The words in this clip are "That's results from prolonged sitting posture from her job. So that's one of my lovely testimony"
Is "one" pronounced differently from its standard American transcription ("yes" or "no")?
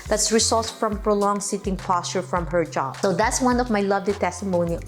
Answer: no